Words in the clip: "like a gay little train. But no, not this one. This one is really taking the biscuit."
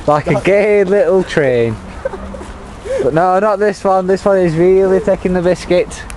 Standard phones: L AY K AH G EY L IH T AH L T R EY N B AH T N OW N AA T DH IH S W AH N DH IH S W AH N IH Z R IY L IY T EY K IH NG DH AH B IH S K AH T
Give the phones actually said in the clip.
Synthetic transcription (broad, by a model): L AY K AH G EY L IH T L T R EY N B AH T N OW N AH T DH IH S W AH N DH IH S W AH N IH Z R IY L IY T EY K IH NG DH AH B IH S K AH T